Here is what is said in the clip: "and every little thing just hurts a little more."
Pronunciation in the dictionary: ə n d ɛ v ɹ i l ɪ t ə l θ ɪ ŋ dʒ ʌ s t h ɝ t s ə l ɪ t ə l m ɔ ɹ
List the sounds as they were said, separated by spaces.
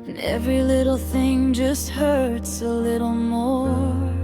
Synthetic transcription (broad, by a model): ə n ɛ v ɹ i l ɪ t l θ ɪ ŋ dʒ ʌ s t h ɝ t s ə l ɪ t l m ɔ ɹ